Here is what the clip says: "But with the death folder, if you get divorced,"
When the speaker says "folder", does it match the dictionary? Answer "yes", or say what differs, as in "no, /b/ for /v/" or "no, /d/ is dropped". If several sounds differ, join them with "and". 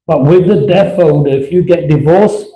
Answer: no, /n/ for /l/